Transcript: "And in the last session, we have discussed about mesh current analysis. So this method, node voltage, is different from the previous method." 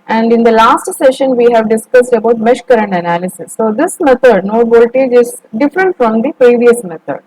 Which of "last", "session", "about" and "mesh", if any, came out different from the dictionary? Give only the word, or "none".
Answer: none